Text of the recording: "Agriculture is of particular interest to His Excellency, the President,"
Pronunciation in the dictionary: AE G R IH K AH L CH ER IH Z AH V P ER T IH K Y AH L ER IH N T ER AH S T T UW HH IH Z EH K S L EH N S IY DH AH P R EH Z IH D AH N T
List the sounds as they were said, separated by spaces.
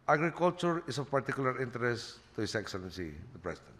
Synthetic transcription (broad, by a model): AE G R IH K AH L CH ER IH S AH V P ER T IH K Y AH L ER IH N T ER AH S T T UW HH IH S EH K S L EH N S IY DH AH P R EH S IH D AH N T